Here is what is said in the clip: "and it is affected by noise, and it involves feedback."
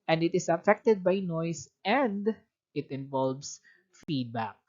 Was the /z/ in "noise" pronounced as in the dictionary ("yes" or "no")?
no